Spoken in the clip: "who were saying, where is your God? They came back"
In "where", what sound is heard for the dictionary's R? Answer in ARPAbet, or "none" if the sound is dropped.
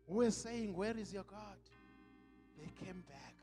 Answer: R